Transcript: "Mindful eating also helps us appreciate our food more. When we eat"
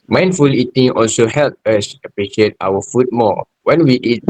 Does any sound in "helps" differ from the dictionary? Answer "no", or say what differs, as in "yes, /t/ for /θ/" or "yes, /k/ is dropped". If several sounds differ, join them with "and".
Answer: yes, /s/ is dropped